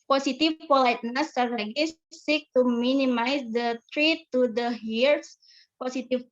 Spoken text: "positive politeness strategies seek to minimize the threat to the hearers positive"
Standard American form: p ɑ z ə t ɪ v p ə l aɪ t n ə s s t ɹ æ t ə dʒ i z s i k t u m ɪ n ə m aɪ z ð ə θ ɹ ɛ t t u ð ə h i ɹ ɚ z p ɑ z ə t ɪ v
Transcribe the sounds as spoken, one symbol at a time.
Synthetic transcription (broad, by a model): p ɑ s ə t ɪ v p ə l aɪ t n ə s s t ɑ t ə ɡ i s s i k t u m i n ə m aɪ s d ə t ɹ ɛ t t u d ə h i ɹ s p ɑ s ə t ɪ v